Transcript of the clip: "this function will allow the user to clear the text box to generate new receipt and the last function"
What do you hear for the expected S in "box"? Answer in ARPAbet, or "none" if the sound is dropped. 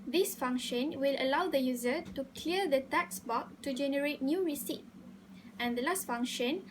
none